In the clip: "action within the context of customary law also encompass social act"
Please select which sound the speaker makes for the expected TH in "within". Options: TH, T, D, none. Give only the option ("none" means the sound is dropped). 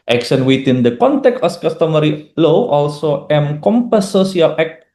T